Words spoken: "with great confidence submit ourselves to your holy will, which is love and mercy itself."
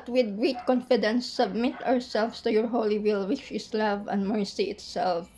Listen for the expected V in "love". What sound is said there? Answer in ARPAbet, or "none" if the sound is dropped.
V